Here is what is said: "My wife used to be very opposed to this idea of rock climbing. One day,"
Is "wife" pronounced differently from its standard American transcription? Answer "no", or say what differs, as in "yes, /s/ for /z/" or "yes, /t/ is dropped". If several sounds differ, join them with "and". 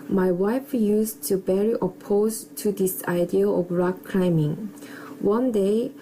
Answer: no